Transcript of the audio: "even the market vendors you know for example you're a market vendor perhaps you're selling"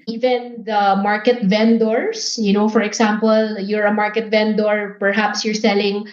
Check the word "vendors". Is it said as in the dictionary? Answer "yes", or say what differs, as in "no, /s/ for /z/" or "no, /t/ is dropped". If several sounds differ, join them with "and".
no, /s/ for /z/